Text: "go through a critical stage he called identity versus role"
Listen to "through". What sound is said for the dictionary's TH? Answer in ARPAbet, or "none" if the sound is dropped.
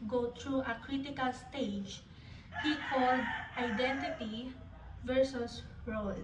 T